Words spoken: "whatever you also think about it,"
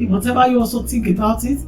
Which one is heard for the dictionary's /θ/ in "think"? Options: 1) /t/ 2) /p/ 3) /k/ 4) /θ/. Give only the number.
1